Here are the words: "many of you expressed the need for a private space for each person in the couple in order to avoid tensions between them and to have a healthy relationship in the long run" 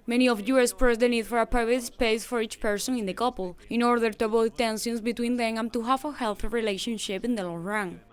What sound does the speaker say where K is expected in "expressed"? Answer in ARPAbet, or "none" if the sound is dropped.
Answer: none